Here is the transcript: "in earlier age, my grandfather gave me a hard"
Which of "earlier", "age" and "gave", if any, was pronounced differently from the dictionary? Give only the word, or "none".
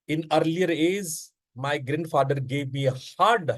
age